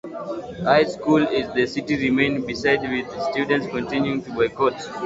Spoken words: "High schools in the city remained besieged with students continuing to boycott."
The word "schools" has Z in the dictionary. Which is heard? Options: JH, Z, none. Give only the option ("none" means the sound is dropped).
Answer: none